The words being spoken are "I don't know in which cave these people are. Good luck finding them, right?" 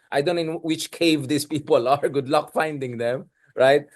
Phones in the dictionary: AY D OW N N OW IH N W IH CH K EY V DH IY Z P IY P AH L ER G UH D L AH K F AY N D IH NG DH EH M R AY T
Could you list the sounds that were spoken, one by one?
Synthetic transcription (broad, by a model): AY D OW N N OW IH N W IH CH K EY V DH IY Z P IY P AH L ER G UH D L AH K F AY N D IH NG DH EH M R AY T